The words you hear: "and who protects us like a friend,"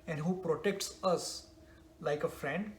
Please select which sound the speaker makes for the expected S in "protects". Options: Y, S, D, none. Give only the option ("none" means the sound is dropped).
S